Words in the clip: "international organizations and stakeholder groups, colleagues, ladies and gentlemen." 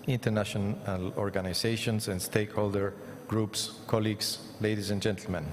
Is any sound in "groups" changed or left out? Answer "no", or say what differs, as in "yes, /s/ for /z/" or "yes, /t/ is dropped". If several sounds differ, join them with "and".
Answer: no